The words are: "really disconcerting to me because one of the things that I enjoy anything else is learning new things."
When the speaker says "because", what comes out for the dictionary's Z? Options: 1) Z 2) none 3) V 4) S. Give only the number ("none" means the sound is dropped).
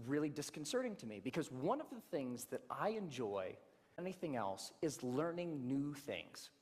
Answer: 1